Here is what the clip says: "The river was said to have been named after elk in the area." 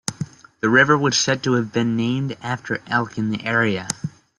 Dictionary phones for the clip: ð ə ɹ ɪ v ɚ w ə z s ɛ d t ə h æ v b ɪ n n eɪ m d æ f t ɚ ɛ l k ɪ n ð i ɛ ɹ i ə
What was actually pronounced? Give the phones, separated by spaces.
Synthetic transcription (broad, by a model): ð ə ɹ ɪ v ɚ w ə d s ɛ d t ə v b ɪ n n eɪ m d æ f t ɚ ɛ l k ɪ n ð i ɛ ɹ i ə